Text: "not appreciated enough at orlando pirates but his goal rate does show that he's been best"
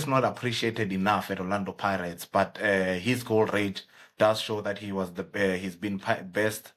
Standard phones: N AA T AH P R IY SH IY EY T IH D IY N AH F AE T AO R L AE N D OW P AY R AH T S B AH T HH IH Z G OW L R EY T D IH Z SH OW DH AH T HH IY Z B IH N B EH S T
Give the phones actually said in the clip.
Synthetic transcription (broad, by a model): N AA T AH P R IY SH IY EY T IH D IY N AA F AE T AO L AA N D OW P AY R AH T S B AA T HH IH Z G OW L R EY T D IH Z SH OW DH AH T HH IY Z B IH N B EH S T